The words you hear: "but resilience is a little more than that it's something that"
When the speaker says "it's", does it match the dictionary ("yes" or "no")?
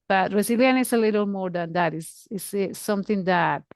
no